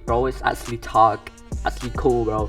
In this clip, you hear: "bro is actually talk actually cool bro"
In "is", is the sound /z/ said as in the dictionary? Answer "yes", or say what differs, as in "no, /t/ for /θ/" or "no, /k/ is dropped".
no, /s/ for /z/